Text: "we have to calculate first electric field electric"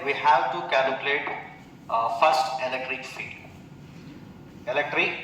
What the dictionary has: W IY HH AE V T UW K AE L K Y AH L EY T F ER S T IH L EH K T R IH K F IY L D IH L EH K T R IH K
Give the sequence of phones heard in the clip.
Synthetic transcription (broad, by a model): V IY HH AE V T UW K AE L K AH L EY T F ER S T IH L EH K T R IH K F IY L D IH L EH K T R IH K